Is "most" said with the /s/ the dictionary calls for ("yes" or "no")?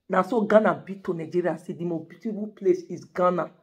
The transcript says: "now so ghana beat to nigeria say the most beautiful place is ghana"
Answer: no